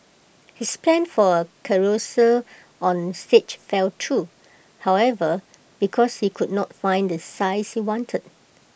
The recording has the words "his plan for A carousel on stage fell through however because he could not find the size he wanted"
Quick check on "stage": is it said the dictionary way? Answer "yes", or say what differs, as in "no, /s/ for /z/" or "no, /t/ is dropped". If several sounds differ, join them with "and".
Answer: no, /tʃ/ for /dʒ/